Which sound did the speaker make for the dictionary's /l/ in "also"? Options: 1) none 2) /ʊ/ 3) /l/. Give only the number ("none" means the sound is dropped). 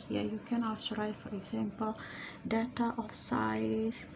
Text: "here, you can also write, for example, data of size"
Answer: 1